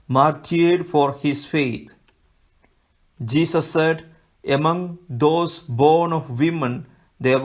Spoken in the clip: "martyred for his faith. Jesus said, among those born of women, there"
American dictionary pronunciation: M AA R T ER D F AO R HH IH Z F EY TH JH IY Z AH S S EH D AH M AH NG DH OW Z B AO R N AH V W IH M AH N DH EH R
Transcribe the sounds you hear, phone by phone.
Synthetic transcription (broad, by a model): M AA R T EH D F AO R HH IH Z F EY T JH IY S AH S S EH D AH M AH NG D OW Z B AO R N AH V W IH M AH N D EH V